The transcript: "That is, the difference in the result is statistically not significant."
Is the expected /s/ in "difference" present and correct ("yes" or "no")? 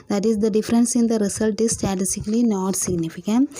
yes